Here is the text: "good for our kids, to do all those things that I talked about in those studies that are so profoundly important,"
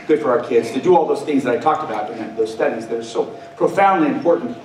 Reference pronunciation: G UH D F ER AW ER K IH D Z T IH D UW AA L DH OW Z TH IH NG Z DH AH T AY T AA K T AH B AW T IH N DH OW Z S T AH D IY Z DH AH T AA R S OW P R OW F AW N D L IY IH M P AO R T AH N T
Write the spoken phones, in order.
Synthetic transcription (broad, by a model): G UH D F ER AW ER K IH D Z T IH D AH AA L DH OW Z TH IH NG Z DH AH T AY T AA K T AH B AW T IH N DH OW Z S T AH D IY Z DH AH T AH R S OW P R OW F AW N D L IY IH M P AO R T N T